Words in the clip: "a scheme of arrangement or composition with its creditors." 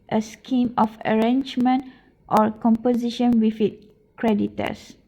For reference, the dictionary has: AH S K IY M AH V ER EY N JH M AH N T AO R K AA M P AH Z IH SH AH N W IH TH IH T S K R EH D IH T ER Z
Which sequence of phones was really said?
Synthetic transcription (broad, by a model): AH S K IY M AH F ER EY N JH M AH N T AO R K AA M P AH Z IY SH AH N W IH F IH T K R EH D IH T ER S